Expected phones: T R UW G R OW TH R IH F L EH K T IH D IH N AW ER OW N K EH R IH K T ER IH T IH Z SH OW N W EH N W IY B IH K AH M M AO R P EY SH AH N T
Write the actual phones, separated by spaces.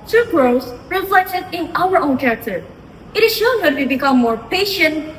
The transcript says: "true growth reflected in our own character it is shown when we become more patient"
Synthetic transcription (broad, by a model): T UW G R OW S R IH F L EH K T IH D IH N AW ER OW N K EH R IH K T ER IH T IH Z SH OW N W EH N W IY B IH K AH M M AO R P EY SH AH N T